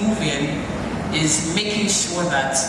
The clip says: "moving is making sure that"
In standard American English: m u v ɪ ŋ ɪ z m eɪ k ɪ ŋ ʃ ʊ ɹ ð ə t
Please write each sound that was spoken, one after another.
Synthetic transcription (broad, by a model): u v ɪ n ɪ z m eɪ k ɪ ŋ ʃ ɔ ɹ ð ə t